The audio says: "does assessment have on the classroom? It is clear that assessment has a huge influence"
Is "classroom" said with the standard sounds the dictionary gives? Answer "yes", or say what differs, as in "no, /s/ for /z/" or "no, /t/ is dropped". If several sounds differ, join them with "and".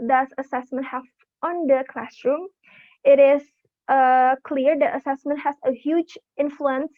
yes